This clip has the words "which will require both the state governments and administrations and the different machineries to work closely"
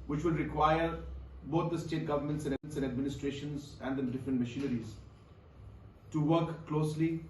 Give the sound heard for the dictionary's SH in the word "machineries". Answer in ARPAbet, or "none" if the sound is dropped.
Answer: SH